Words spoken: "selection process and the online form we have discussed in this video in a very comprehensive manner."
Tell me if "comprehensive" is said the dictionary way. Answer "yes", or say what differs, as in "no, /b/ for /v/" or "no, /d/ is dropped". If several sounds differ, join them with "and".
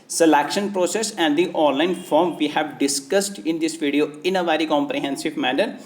yes